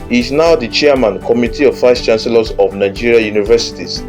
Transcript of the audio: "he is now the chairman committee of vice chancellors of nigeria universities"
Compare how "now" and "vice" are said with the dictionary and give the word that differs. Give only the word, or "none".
vice